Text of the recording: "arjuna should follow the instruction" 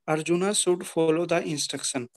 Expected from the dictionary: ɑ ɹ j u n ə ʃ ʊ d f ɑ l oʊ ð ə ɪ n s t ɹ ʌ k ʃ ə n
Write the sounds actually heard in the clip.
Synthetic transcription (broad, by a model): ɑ ɹ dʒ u n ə s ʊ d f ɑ l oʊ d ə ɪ n s t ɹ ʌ k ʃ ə n